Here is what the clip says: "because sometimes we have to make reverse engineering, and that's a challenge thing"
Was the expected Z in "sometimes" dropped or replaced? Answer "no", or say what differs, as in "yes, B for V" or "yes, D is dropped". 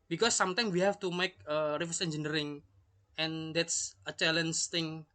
yes, Z is dropped